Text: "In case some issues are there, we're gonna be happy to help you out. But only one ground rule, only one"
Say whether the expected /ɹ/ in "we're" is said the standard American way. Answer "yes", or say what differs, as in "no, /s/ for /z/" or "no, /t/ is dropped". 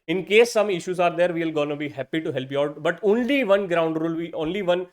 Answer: no, /l/ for /ɹ/